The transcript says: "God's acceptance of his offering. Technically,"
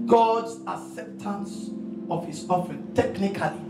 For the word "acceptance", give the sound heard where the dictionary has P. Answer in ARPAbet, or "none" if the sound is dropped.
P